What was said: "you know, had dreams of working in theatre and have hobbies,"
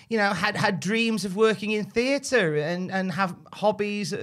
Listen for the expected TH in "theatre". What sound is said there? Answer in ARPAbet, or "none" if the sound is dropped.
TH